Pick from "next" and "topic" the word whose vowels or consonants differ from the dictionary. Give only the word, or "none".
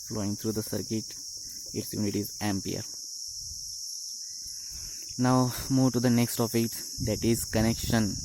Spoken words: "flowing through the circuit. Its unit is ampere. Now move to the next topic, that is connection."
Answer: topic